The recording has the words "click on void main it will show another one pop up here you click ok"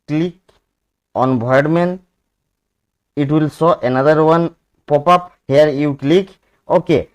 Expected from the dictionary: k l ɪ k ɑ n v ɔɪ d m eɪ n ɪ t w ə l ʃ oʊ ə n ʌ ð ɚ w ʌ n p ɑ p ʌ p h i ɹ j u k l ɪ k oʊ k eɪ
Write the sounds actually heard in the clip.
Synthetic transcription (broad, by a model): k l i k ɑ n b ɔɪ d m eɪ n ɪ t w ə l s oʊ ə n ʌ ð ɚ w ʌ n p ɑ p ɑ p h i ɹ j u k l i k oʊ k eɪ